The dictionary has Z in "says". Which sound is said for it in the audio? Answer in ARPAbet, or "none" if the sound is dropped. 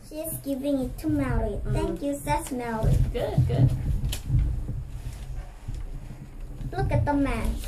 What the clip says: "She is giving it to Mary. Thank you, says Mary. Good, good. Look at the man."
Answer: S